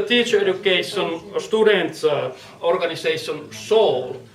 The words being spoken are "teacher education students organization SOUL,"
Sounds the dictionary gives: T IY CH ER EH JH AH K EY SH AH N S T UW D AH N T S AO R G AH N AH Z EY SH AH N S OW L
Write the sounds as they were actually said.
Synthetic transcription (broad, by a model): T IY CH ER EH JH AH K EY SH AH N S T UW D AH N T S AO R G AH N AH S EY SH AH N S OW L